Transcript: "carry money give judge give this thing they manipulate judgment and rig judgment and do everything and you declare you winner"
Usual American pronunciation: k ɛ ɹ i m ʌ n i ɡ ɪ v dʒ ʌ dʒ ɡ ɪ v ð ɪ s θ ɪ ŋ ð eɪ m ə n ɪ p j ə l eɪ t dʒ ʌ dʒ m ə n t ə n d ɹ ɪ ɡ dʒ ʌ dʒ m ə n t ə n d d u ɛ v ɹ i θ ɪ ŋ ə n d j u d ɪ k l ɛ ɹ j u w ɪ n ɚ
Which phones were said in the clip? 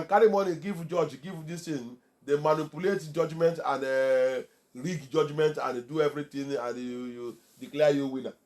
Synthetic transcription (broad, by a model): k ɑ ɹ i m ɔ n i ɡ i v dʒ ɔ dʒ ɡ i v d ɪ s t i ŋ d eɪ m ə n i p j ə l eɪ t dʒ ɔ dʒ m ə n t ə n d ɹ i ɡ dʒ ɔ dʒ m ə n t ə n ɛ d u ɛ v ɹ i t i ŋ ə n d j u d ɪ k l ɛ j u w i n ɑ